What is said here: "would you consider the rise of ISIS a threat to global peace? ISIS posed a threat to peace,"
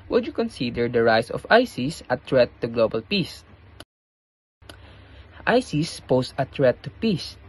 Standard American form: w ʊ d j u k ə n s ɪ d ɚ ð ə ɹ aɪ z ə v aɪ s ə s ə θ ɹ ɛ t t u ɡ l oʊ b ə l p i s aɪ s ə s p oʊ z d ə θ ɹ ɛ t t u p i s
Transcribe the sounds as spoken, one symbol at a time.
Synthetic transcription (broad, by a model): w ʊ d j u k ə n s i d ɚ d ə ɹ aɪ s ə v aɪ s ə s ə t ɹ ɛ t t u ɡ l oʊ b ə l p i s aɪ s ə s p oʊ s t ə t ɹ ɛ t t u p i s